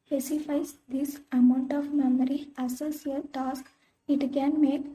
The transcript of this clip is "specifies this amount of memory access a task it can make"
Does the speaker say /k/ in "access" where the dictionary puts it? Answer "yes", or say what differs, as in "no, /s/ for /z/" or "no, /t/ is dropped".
no, /k/ is dropped